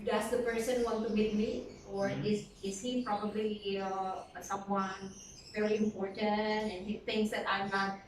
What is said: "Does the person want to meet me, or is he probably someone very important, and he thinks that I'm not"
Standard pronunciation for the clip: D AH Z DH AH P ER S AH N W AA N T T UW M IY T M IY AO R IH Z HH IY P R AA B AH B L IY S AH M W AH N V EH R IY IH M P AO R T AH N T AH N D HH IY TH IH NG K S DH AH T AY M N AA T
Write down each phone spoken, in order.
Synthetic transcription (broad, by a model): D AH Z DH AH P ER S AH N W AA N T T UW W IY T M IY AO R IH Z HH IY P R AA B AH B L IY S AH M W AH N V EH R IY IH M P AO R T AH N T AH N HH IY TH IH NG S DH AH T AY M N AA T